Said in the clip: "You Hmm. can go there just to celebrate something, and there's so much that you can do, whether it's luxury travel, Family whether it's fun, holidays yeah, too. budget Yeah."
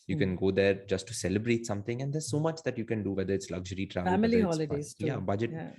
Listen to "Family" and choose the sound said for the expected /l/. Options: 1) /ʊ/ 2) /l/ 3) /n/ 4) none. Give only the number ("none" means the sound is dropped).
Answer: 4